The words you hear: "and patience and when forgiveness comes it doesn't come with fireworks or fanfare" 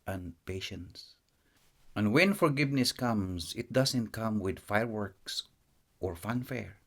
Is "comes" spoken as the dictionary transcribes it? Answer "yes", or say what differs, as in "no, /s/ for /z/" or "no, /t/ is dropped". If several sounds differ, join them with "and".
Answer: no, /s/ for /z/